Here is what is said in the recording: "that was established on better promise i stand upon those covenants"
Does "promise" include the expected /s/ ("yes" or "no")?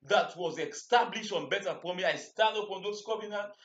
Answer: no